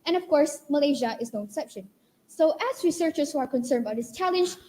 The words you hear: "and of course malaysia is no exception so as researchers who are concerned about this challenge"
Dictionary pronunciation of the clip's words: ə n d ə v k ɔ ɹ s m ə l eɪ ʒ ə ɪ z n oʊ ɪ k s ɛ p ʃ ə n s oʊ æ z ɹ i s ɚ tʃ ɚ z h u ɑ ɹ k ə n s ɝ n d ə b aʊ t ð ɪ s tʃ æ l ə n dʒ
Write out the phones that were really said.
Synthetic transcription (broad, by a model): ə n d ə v k ɔ ɹ s m ə l eɪ ʒ ə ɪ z n oʊ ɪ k s ɛ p ʃ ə n s oʊ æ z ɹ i s ɚ tʃ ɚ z h u ɑ ɹ k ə n s ɝ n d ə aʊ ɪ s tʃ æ l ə n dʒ